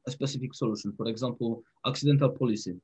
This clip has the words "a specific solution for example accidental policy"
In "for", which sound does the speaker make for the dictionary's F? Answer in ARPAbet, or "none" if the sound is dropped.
P